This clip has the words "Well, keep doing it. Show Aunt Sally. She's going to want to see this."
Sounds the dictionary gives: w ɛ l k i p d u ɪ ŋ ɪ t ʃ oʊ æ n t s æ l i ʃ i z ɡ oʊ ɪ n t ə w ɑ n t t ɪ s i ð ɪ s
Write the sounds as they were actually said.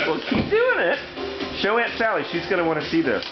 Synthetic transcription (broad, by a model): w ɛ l k i p d u ɪ ŋ ɪ t ʃ oʊ æ n t s æ l i ʃ i z ɡ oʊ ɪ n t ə w ɑ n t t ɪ s i ð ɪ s